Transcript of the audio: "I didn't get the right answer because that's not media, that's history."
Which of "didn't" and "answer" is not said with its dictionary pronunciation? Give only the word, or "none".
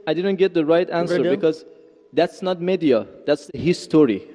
none